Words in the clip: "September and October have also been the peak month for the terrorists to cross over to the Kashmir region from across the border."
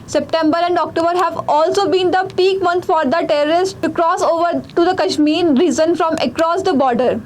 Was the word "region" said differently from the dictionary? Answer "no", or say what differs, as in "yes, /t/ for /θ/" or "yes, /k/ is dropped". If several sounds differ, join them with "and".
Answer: yes, /z/ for /dʒ/